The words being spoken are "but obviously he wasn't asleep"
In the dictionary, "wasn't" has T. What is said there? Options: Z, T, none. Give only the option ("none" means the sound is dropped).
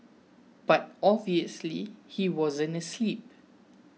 none